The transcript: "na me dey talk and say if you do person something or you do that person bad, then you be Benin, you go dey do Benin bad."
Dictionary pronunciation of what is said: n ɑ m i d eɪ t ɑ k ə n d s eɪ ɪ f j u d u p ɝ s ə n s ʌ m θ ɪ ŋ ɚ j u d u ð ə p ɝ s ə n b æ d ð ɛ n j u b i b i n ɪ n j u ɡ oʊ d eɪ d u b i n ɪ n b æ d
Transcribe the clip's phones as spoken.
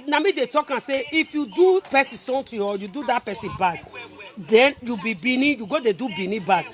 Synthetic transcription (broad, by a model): n ɑ m i d eɪ t ɑ k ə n s eɪ ɪ f j u d u p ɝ s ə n s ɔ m t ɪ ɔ j u d u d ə p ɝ s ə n b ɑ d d ɛ n j u b i b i n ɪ j u ɡ oʊ d eɪ d u b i n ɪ b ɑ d